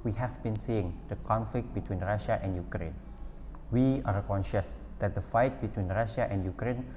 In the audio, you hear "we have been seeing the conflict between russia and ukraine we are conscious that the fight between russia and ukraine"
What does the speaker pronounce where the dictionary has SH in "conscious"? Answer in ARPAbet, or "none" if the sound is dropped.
SH